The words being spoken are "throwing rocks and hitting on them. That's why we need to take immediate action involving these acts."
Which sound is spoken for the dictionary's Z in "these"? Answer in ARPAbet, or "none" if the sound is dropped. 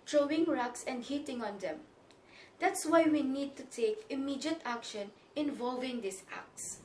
S